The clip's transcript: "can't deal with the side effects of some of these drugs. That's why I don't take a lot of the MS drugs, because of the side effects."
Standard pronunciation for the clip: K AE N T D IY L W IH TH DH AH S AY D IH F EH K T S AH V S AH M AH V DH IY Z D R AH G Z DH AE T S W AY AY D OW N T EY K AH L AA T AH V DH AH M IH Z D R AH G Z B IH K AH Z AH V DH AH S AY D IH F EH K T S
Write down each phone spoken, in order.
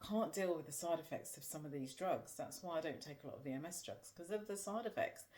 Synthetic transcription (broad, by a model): K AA N D IY L W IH DH AH S AY D IH F EH K T S AH V S AH M AH V DH IY Z D R AH G Z DH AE T S W AY AY D OW N T EY K AH L AA T AH V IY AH M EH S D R AH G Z K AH Z AH V DH AH S AY D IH F EH K T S